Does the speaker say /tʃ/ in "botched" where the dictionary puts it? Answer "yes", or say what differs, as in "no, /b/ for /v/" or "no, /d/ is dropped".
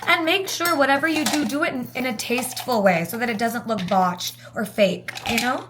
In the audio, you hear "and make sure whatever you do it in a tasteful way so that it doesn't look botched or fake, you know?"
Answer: yes